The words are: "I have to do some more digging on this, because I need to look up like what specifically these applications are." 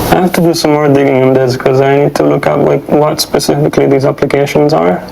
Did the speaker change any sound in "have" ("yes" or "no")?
yes